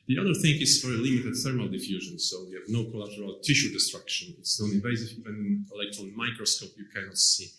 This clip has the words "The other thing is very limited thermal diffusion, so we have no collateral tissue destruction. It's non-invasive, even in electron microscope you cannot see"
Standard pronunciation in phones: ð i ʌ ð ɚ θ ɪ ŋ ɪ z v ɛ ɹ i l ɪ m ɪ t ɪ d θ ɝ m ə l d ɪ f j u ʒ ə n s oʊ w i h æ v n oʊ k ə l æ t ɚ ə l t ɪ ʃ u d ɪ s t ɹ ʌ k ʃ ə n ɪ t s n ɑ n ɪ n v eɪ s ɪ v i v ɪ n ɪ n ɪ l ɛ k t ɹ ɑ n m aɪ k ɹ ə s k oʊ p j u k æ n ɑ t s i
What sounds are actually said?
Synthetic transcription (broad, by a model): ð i ʌ ð ɚ θ ɪ ŋ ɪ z v ɛ ɹ i l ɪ m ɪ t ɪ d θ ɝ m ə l d ɪ f j u ʒ ə n s oʊ w i h æ v n oʊ k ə l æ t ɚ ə l t ɪ ʃ u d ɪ s t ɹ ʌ k ʃ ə n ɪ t s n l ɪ v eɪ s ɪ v i v ɪ n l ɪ ɪ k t ɑ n m aɪ k ɹ ə s k oʊ p j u k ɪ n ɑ s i